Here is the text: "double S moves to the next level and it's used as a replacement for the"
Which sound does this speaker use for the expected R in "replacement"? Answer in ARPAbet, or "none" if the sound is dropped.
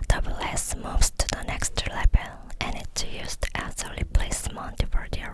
L